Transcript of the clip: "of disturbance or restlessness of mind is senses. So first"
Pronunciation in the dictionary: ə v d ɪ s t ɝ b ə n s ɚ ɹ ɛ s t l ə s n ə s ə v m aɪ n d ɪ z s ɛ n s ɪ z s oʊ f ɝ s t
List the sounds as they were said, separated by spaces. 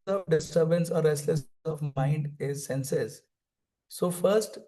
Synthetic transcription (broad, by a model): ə d ɪ s t ɝ b ə n s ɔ ɹ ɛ s t l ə s ə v m aɪ n d ɪ z s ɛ n s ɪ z s oʊ f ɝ s t